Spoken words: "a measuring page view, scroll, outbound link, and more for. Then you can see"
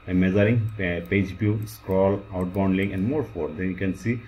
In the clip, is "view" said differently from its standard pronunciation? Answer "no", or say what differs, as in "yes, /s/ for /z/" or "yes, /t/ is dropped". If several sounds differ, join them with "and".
yes, /b/ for /v/